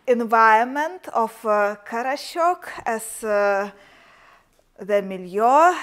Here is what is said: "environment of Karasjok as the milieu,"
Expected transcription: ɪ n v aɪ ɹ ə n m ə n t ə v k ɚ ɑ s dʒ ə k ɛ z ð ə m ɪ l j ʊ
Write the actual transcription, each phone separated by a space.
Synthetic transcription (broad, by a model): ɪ n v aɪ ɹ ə m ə n t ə f k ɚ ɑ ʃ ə k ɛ s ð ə m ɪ l j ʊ